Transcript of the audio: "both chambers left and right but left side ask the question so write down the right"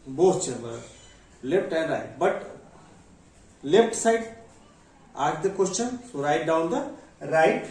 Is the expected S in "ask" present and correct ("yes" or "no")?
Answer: no